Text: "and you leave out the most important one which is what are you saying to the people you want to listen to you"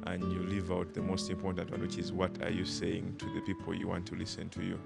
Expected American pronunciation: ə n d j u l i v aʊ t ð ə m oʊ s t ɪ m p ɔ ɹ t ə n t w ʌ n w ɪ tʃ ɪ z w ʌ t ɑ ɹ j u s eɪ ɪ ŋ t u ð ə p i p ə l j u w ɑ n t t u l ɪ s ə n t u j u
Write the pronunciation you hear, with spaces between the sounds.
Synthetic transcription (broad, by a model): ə n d j u l i v aʊ t ð ə m oʊ s t ɪ m p ɔ ɹ t ə n t w ʌ n w ɪ tʃ ɪ z w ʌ t ɑ ɹ j u s eɪ ɪ ŋ t u ð ə p i p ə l j u w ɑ n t t u l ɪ s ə n t u j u